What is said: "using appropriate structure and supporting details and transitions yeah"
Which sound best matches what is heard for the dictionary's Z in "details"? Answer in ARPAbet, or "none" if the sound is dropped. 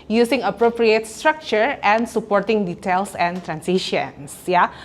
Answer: S